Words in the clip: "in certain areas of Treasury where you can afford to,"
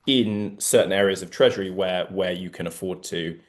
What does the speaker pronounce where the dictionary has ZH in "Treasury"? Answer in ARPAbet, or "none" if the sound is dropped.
ZH